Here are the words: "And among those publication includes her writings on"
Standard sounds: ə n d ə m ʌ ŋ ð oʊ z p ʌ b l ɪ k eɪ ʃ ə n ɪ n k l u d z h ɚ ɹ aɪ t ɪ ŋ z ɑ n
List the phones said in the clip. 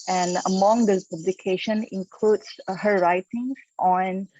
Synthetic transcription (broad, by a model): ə n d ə m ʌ ŋ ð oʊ p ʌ b l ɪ k eɪ ʃ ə n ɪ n k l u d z h ɚ ɹ aɪ t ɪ ŋ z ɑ n